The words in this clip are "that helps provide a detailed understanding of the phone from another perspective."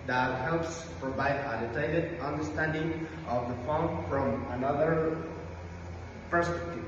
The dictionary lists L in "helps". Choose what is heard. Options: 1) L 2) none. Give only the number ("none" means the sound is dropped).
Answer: 1